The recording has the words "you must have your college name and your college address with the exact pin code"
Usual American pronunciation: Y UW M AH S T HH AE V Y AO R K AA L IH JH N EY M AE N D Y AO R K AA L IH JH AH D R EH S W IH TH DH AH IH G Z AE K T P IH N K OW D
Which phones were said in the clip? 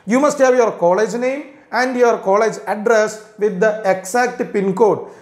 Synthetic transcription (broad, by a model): Y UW M AH S T HH AE V Y AO R K AA L IH JH N EY M AE N D Y AO R K AA L IH JH AH D R EH S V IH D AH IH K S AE K T P IH N K OW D